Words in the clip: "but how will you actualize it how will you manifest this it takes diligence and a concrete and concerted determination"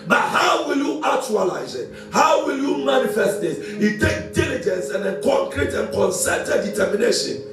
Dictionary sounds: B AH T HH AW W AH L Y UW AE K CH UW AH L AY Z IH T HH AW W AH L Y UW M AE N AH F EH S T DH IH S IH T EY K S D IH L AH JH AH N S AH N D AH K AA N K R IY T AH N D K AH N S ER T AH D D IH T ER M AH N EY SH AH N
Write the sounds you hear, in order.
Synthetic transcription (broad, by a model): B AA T HH AW W AH L Y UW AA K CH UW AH L AY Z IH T HH AW W AH L Y UW M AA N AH F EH S T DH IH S IH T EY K D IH L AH JH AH N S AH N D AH K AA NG K R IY T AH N K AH N S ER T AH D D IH T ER M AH N EY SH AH N